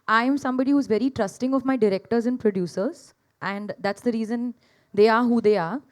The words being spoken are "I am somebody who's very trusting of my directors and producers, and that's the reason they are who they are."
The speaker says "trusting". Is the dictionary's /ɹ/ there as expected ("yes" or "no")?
yes